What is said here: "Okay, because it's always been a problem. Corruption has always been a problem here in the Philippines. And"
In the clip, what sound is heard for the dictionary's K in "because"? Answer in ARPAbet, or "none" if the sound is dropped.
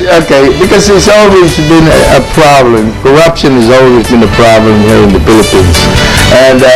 K